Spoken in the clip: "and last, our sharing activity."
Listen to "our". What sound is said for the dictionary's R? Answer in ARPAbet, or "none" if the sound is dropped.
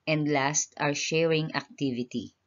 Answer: R